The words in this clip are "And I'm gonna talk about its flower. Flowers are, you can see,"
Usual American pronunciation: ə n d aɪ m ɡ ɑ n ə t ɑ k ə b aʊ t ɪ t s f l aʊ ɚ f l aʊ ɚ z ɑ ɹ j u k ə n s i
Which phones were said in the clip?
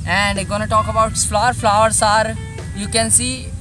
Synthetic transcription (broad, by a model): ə n d ɡ ɑ n ə t ɑ k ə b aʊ ɪ t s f l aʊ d f l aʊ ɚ s ɑ ɹ j u k ə n s i